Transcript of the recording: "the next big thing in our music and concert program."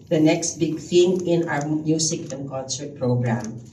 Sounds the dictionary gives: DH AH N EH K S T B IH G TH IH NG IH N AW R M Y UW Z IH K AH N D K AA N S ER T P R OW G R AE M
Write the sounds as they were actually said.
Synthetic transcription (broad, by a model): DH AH N EH K S T B IH G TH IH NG IH N AW R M Y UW S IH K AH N K AA N S ER T P R OW G R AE M